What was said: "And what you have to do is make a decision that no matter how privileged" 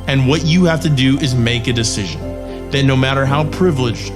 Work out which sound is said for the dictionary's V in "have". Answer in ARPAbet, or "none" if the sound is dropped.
F